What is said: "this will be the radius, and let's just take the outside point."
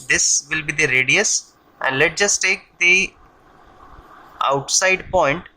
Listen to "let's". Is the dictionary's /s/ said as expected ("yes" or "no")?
no